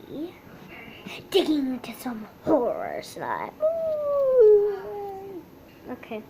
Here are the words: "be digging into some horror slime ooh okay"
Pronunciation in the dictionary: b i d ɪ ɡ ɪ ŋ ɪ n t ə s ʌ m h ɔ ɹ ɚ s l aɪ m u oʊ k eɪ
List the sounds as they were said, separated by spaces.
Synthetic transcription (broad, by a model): d ɪ ɡ ɪ ŋ ɪ n t ə s ʌ m h ɔ ɹ ɚ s n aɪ u oʊ k eɪ